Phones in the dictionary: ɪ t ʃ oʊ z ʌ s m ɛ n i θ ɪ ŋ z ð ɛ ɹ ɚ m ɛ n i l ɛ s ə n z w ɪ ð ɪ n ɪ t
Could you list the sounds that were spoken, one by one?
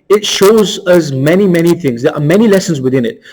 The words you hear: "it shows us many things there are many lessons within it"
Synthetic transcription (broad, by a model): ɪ t ʃ oʊ z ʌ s m ɛ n i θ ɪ ŋ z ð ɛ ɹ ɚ m ɛ n i l ɛ s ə n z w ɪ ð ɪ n ɪ t